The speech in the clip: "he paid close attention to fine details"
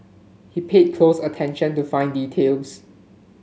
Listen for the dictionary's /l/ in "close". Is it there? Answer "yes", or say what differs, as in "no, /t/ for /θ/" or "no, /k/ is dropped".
yes